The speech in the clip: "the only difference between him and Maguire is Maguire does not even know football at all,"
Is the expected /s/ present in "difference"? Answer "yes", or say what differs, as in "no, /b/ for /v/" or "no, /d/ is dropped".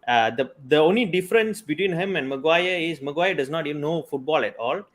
yes